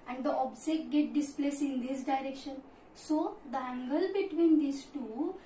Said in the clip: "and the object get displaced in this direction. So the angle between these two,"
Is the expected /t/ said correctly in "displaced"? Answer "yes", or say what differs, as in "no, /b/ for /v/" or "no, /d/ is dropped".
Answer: no, /t/ is dropped